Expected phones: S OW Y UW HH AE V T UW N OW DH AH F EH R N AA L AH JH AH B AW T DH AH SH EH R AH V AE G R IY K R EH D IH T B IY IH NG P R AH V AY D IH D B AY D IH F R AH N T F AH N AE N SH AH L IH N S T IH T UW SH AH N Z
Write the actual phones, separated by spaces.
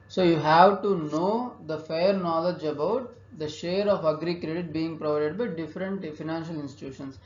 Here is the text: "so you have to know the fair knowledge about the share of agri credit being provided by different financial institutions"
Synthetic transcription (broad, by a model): S OW Y UW HH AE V T UW N OW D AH F EH R N AA L AH JH AH B AW T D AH SH EH R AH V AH G R IY K R EH D IH T B IY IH NG P R AH V AY D IH D B AY D IH F R AH N T F AH N AE N SH AH L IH N S T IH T UW SH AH N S